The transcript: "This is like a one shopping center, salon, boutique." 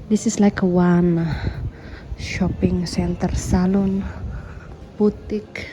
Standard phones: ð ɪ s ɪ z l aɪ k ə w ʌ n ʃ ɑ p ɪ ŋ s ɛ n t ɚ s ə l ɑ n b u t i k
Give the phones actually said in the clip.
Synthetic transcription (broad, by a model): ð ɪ s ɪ s l aɪ k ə w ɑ n ʃ ɑ p ɪ ŋ s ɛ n t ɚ s ə l ɑ n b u t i k